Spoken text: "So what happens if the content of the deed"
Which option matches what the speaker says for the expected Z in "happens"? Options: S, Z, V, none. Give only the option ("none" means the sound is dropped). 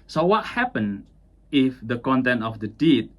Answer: none